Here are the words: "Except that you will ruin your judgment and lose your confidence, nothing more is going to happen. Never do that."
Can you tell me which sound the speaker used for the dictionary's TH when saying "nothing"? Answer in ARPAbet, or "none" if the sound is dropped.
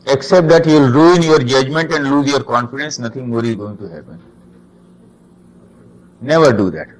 T